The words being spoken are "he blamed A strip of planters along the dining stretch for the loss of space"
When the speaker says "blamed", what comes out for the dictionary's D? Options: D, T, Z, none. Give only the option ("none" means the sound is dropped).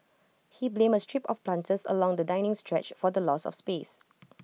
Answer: none